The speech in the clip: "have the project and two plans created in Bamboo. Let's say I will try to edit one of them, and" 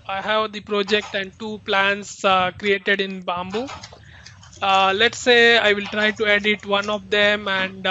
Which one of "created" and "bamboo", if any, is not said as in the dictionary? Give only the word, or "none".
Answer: none